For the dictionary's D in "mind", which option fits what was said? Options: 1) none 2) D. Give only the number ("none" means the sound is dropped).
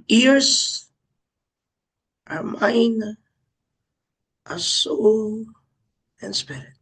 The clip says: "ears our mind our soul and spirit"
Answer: 1